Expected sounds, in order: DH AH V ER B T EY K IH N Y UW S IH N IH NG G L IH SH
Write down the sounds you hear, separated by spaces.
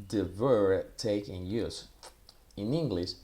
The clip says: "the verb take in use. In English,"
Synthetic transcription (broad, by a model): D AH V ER T EY K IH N Y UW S IH N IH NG G L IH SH